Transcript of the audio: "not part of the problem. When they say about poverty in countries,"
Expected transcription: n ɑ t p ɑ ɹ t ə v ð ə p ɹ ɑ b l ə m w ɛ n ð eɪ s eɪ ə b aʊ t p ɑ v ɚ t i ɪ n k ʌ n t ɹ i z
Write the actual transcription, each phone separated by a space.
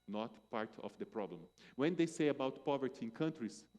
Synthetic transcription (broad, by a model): n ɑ t p ɑ ɹ t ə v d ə p ɹ ɑ b l ə m w ɛ n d eɪ s eɪ ə b aʊ t p ɑ v ɚ t i ɪ n k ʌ n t ɹ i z